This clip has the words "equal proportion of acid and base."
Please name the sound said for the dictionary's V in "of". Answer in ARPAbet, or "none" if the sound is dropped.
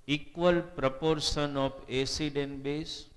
P